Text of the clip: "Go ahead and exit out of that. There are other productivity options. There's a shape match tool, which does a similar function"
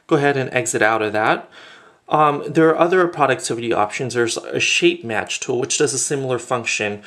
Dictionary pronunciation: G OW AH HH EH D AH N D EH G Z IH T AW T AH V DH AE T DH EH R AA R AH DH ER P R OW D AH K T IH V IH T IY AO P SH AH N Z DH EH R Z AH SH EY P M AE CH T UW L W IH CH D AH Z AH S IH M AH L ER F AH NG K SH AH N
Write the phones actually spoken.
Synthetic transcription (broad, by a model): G OW AH HH EH D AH N EH G Z IH T AW T AH V DH AE T DH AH R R AH DH ER P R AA D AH K T IH V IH T IY AO P SH AH N Z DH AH R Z AH SH EY P M AE CH T UW L W IH CH D AH Z AH S IH M L ER F AH NG K SH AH N